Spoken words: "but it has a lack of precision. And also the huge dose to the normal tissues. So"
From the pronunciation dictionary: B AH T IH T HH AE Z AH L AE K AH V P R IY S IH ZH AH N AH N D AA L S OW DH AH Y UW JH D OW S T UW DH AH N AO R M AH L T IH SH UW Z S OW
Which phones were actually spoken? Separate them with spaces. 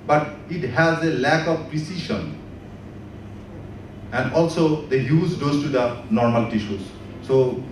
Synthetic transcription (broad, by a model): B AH T IH T HH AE Z AH L AE K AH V P R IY S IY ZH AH N AH N D AA L S OW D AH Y UW Z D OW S T UW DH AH N AO R M AH L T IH SH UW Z S OW